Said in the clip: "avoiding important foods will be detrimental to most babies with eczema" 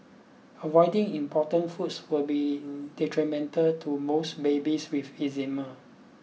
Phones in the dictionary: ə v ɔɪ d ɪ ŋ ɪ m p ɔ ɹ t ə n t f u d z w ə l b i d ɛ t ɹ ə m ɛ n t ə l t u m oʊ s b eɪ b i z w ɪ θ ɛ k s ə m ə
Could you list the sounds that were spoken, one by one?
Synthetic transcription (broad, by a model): ə v ɔɪ d ɪ ŋ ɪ m p ɔ t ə n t f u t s w ə l b i d ɛ t ɹ ə m ɛ n t ə l t u m oʊ s b eɪ b i s w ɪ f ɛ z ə m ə